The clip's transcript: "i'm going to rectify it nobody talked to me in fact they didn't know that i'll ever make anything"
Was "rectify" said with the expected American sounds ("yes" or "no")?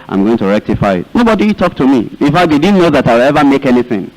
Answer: yes